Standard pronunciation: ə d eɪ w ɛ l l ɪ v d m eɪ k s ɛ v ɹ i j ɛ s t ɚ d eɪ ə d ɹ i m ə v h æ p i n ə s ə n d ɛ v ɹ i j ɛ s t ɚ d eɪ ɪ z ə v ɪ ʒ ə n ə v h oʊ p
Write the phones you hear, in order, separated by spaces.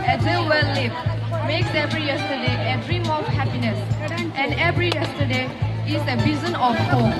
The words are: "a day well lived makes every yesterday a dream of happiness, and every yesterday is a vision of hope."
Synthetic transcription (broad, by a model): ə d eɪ w ɛ l l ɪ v m eɪ k s ɛ v ɹ i j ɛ s t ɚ d eɪ ə d ɹ i m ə f h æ p i n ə s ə n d ɛ v ɹ i j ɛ s t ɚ d eɪ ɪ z ə b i z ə n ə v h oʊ